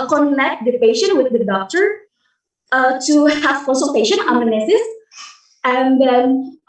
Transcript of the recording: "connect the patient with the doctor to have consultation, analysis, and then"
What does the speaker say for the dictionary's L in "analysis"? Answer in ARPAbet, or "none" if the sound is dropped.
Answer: N